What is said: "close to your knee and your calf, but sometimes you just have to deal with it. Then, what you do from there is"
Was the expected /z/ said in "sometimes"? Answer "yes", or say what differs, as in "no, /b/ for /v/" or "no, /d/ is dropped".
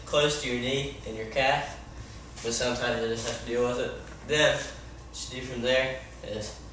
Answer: yes